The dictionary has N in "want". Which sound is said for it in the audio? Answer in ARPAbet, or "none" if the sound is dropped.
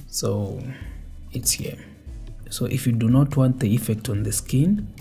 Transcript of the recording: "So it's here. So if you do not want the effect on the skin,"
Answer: N